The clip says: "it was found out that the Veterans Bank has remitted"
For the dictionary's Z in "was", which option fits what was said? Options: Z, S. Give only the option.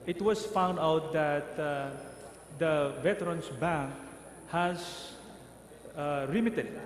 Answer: S